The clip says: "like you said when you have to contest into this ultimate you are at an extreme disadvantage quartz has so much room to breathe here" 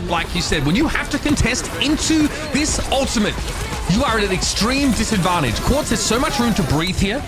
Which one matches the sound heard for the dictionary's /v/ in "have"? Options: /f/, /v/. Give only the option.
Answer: /f/